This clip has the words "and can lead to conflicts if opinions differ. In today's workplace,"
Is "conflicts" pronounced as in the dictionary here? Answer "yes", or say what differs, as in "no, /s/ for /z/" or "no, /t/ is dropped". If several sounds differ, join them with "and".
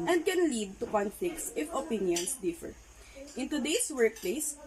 no, /l/ is dropped